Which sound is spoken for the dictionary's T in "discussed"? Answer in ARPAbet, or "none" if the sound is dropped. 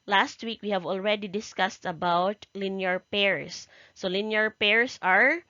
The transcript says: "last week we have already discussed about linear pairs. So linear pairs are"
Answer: T